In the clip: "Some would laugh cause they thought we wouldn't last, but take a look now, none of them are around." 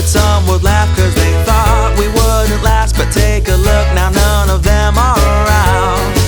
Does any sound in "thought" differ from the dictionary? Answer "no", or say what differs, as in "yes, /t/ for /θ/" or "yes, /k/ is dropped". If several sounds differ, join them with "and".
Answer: no